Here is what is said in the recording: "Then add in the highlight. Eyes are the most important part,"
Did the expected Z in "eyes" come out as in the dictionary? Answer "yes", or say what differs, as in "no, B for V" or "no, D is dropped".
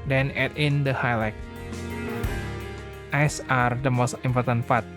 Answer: no, S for Z